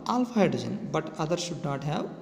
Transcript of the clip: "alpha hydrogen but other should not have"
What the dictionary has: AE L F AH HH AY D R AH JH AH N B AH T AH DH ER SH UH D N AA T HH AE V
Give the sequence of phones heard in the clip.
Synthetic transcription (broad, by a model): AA L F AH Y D AH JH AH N B AH T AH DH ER SH UH D N AA T HH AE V